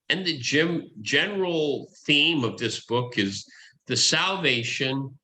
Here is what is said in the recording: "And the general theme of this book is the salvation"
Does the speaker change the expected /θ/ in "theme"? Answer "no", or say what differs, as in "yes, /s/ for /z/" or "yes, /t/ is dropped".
no